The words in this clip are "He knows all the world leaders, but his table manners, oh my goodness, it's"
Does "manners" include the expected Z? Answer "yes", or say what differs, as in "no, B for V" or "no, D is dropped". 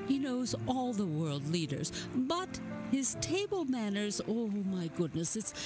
yes